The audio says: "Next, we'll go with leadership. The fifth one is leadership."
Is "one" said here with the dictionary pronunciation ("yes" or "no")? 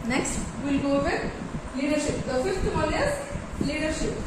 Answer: no